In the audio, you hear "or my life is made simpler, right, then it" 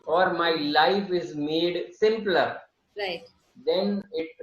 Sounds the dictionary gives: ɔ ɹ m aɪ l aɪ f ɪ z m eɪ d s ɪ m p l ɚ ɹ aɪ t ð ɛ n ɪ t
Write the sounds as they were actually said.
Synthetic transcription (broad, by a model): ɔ ɹ m aɪ l aɪ f ɪ z m eɪ d s ɪ m p l ɚ ɹ aɪ t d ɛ n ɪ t